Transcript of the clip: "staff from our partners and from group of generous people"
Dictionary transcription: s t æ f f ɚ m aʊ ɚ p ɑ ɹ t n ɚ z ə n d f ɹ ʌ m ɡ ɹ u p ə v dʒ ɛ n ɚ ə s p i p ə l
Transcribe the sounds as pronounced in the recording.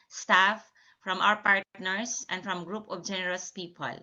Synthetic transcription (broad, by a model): s t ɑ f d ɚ m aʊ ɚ p ɑ ɹ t n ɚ s ə n d f ɹ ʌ m ɡ ɹ u p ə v dʒ ɛ n ɚ ə s p i p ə l